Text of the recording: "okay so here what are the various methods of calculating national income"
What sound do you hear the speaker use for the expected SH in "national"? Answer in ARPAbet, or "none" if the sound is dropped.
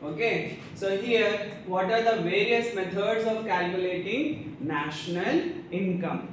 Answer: SH